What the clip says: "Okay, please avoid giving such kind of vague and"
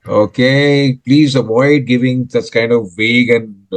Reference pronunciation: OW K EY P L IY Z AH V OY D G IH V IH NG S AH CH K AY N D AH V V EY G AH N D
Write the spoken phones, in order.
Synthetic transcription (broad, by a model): OW K EY P L IY Z AH V OY D G IH V IH NG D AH S K AY N D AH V V EY G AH N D